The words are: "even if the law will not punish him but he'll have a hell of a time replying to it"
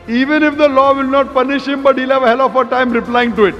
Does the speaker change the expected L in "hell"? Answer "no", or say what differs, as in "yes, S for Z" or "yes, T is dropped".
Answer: no